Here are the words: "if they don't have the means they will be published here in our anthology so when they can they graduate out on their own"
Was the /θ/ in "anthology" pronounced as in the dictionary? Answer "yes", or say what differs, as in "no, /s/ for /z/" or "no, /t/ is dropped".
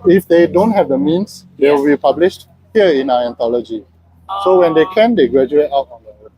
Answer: no, /t/ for /θ/